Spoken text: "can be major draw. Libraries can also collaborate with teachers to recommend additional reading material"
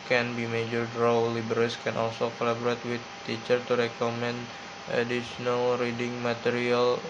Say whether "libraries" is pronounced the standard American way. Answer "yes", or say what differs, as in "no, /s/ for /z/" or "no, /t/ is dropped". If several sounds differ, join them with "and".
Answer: no, /ɹ/ is dropped and /s/ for /z/